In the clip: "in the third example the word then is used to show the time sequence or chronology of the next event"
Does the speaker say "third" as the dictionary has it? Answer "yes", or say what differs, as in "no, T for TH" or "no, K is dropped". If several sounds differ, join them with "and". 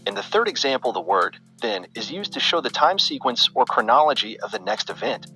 yes